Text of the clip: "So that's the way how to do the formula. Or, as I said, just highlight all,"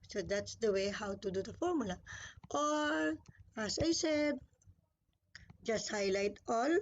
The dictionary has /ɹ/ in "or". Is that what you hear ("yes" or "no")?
no